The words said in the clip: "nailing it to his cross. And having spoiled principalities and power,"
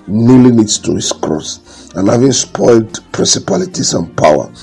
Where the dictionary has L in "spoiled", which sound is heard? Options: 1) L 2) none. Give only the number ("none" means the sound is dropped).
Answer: 1